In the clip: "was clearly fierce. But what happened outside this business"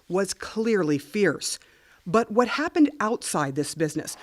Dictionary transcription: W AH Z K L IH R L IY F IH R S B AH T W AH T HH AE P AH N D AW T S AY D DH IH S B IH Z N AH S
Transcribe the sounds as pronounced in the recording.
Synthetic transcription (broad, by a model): W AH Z K L IH R L IY F IH R S B AH T W AH T HH AE P AH N D AW T S AY D DH IH S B IH Z N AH S